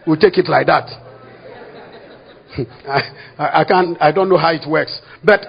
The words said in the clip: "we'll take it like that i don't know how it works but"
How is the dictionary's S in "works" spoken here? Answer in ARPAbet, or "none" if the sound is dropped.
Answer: S